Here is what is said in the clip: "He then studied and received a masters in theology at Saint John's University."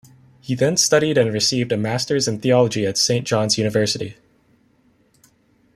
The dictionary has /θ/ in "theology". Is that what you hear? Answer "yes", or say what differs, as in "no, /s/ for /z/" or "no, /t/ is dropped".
yes